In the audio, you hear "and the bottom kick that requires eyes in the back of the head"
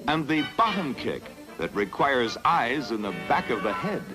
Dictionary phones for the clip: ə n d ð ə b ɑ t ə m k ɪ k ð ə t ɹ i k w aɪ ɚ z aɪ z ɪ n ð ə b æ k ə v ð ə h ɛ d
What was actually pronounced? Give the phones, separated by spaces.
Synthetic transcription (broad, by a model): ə n ð ə b ɑ t ə m k ɪ k ð ə t ɹ i k w aɪ ɚ z aɪ z ɪ n ð ə b æ k ə v ð ə h ɛ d